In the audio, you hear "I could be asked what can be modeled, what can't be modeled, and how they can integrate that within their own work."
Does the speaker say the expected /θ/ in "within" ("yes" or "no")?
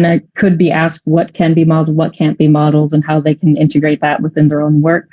yes